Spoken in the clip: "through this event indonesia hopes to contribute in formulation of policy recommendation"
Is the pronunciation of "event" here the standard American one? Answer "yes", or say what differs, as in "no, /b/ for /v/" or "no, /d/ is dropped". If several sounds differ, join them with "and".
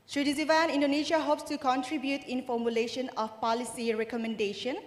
no, /t/ is dropped